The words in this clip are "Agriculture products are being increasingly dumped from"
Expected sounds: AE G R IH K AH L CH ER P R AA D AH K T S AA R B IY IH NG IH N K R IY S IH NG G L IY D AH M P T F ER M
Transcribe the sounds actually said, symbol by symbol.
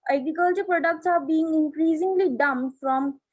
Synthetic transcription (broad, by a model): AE G R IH K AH L CH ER P R AA D AH K T S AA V B IY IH NG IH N K R IY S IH NG G L IY D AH M F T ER M